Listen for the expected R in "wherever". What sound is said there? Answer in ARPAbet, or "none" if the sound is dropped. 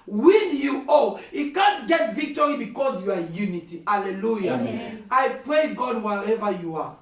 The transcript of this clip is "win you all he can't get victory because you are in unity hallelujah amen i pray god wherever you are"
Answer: none